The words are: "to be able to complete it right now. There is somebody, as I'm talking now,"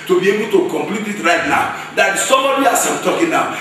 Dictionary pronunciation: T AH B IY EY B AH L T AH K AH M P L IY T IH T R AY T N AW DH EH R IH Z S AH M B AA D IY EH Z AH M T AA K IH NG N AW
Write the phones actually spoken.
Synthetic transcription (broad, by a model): T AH B IY EY B AH L T AH K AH M P L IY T IH T R AY T N AW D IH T S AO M AA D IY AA S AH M T AA K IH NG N AW